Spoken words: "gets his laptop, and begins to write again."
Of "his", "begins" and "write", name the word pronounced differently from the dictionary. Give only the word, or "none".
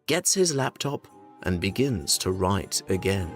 none